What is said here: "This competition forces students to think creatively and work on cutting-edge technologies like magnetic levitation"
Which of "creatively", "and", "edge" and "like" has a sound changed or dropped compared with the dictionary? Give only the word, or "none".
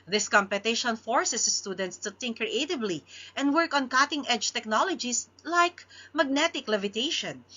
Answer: creatively